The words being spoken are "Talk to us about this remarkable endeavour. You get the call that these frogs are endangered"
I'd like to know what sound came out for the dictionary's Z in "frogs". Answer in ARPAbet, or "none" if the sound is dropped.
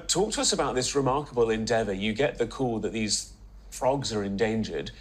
Z